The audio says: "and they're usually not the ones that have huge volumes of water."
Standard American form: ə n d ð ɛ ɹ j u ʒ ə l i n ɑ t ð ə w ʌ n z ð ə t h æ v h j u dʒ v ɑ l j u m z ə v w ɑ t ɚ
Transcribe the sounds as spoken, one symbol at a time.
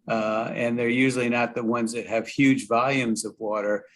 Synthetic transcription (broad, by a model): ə n ð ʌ ɹ j u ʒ l i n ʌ t ð ə w ʌ n z ð ə t h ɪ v h j u dʒ v ɑ l j u m z ə v w ɑ t ɚ